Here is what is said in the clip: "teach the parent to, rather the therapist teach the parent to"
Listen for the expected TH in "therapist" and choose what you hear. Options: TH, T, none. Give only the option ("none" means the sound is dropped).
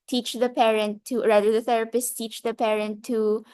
TH